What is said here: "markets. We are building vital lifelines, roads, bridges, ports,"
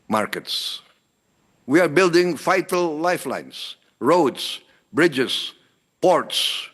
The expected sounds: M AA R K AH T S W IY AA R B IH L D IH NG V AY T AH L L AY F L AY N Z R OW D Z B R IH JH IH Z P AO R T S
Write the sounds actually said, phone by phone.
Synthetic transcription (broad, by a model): M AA R K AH T S W IY AA R B IH L D IH NG F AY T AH L L AY F L AY N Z R OW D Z B R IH JH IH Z P AO R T S